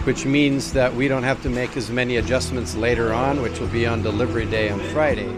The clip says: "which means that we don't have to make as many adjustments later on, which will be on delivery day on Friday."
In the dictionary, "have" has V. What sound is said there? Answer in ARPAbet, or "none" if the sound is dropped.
F